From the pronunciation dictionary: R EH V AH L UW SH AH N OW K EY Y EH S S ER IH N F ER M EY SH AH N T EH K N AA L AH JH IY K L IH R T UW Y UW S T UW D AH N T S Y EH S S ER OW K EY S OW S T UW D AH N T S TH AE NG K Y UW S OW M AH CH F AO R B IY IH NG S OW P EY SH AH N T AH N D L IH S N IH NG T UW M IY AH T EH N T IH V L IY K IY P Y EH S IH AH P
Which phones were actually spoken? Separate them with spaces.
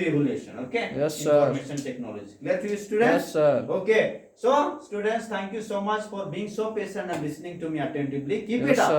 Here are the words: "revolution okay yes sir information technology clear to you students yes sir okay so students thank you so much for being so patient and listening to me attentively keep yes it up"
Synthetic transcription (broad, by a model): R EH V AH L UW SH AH N OW K EY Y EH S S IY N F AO M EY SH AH N T EH K N AA L AH JH IY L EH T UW Y UW S T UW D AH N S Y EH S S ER OW K EY S OW S T UW D AH N T S T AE NG K Y UW S OW M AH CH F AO R B IY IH NG S OW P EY S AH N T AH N L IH S N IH NG T UW M IY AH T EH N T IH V L IY K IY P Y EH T IH